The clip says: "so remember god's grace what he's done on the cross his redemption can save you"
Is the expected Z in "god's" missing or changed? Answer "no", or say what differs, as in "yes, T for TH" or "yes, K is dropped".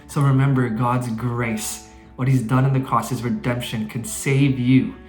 no